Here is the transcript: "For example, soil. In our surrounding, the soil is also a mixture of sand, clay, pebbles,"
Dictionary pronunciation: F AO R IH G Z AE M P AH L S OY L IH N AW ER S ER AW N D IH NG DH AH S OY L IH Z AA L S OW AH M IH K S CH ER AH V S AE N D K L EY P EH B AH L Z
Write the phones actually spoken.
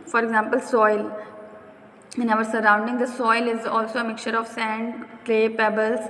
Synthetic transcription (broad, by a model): F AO R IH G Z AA M P AH L S OY L IH N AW ER S ER AW N D IH NG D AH S OY L IH Z AA L S OW AH M IH K CH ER AH V S AE N D K L EY P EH B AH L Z